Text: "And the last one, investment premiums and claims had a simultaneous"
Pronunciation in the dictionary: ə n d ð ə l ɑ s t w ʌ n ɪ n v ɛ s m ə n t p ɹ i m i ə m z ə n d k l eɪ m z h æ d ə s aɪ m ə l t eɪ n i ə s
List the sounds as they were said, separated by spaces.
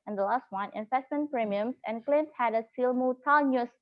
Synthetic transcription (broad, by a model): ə n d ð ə l ɑ s t w ʌ n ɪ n f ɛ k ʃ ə n p ɹ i m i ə m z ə n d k l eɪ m s h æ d ə s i m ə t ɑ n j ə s